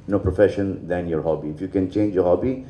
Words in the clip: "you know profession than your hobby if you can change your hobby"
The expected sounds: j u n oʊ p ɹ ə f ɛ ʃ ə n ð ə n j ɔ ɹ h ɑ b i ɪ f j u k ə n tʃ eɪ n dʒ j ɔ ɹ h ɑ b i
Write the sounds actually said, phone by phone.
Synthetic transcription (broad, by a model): n oʊ p ɹ ə f ɛ ʃ ə n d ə n j ɔ ɹ h ɑ b i ɪ f j u k ə n tʃ eɪ n dʒ j ɔ ɹ h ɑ b i